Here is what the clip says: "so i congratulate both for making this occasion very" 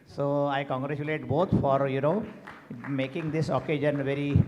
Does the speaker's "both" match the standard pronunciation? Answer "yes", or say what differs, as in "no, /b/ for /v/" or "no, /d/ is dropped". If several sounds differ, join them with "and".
no, /t/ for /θ/